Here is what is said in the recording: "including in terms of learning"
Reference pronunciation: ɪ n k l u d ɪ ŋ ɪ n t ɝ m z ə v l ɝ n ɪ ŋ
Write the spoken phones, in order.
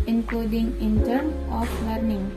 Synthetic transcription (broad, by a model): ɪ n k l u d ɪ ŋ ɪ n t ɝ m ə f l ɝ n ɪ ŋ